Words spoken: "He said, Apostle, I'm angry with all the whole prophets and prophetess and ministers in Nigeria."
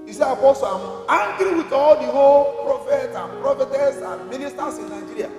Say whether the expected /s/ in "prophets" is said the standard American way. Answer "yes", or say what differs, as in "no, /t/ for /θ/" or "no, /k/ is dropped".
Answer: no, /s/ is dropped